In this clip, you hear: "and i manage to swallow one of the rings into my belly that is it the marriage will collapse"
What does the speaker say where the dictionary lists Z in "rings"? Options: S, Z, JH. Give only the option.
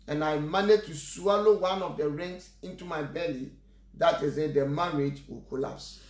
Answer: S